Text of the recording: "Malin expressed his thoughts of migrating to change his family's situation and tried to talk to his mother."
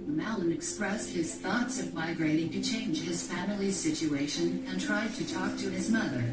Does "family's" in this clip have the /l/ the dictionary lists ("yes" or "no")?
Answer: yes